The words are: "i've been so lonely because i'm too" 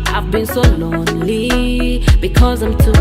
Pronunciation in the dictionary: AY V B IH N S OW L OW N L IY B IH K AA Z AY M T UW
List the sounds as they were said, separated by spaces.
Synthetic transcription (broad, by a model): AY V B IH N S OW L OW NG L IY B IH K AA Z AY M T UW